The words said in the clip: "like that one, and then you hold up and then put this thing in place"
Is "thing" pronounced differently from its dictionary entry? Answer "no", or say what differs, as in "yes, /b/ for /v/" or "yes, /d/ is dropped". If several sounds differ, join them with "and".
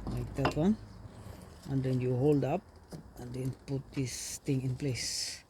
yes, /t/ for /θ/